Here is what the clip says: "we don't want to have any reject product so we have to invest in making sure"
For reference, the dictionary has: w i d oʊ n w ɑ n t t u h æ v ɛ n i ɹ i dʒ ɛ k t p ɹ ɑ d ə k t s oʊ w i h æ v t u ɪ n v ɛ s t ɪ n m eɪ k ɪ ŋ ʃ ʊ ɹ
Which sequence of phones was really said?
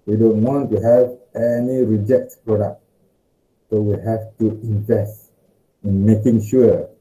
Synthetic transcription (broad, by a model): w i d oʊ n w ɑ n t t u h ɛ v ɛ n i ɹ i dʒ ɛ k t p ɹ ɑ d ə k t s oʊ w i h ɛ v t u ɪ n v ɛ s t ɪ n m eɪ k ɪ ŋ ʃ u